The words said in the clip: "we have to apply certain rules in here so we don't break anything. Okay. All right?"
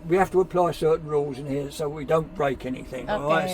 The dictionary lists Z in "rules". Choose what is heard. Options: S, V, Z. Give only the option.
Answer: Z